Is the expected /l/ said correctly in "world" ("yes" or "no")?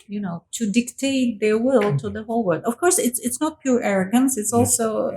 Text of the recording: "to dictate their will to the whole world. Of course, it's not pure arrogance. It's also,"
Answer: no